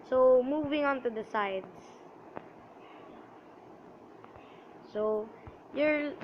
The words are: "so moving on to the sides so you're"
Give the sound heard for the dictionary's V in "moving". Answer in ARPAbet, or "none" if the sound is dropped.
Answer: V